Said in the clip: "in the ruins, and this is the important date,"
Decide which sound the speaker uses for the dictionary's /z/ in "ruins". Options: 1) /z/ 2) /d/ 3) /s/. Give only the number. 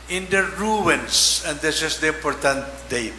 3